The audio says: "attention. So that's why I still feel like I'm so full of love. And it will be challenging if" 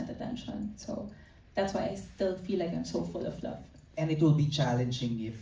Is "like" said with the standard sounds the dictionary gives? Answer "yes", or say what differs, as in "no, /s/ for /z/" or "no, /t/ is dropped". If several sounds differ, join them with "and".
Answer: yes